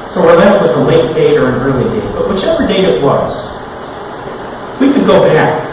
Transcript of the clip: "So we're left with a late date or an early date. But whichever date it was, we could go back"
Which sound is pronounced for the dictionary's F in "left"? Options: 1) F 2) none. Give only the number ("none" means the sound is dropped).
2